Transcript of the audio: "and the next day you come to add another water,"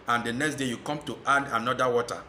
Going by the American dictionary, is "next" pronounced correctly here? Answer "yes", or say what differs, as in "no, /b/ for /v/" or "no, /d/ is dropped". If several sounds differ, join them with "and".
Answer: yes